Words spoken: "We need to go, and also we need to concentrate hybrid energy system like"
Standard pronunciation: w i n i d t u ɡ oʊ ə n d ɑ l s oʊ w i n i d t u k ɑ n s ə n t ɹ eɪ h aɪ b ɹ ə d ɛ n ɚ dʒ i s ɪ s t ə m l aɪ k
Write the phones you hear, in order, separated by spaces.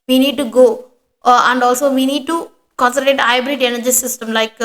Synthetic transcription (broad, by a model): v i n i d t u ɡ oʊ ə n d ɑ l s oʊ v i n i d t u k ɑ n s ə t eɪ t aɪ b ɹ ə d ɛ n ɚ dʒ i s ɪ s t ə m l aɪ k